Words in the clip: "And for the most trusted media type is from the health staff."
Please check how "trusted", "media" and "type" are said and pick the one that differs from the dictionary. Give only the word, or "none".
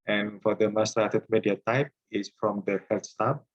trusted